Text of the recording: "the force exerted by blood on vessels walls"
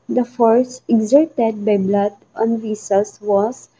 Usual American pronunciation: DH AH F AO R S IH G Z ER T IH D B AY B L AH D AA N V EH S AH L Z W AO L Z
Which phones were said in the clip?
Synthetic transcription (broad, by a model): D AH F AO R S IH G Z ER T IH D B AY B L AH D AA N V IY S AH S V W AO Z